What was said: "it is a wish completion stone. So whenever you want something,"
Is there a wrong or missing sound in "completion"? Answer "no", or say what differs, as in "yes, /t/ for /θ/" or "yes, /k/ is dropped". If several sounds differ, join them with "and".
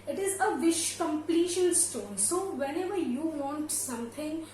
yes, /l/ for /n/